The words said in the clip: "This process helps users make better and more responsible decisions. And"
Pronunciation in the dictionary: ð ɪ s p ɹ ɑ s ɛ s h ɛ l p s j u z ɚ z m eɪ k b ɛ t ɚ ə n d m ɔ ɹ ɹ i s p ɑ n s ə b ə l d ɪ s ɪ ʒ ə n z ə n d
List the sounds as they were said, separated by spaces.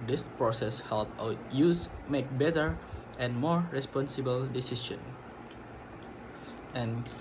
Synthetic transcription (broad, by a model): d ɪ s p ɹ ɑ s ɛ s h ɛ l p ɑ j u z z m eɪ k b ɛ t ɚ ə n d m ɔ ɹ ɹ i s p ɑ n s ə b ə l d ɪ s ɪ ʃ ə n ə n